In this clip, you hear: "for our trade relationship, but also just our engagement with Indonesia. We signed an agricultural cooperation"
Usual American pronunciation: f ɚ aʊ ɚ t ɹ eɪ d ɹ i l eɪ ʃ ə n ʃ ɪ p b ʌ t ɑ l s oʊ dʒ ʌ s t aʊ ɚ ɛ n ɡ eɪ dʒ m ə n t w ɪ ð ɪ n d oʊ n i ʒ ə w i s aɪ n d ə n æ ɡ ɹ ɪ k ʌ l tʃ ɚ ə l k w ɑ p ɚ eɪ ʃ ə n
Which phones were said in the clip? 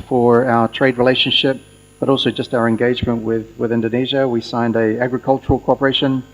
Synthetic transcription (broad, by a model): f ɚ aʊ ɚ t ɹ eɪ d ɹ i l eɪ ʃ ə n ʃ ɪ p b ʌ t ɑ l s oʊ dʒ ʌ s t aʊ ɚ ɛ n ɡ eɪ dʒ m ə n t w ɪ ð ɪ n d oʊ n i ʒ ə w i s aɪ n d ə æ ɡ ɹ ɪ k ʌ l tʃ ɚ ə l k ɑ p ɚ eɪ ʃ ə n